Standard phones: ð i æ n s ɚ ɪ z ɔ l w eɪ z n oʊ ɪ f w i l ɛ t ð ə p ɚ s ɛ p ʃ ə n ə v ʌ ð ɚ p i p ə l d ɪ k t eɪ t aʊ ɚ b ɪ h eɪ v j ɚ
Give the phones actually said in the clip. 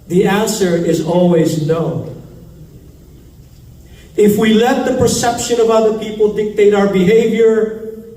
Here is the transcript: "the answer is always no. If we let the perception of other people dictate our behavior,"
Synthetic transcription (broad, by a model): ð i æ n s ɚ ɪ z ɔ l w eɪ z n oʊ ɪ f w i l ɛ t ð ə p ɚ s ɛ p ʃ ə n ə v ʌ ð ɚ p i p ə l d ɪ k t eɪ t aʊ ɚ b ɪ h eɪ v j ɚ